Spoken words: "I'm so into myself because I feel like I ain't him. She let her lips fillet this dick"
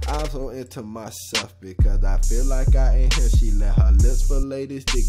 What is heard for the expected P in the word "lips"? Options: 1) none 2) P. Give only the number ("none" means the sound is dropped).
1